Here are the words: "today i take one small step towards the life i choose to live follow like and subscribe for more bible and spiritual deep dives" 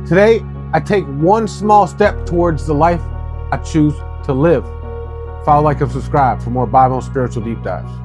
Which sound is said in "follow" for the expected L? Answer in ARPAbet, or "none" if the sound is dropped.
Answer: none